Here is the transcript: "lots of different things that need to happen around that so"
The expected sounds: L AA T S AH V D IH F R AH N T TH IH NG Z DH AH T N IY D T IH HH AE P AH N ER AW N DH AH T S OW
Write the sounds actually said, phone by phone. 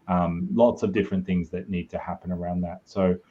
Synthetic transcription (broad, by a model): L AA T S AH V D IH F R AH N TH IH NG Z DH AH T N IY D T IH HH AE P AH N ER AW N DH AH T S OW